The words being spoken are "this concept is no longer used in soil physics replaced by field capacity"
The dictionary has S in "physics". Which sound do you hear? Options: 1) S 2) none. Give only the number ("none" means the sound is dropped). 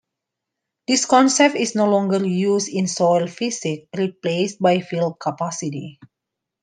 2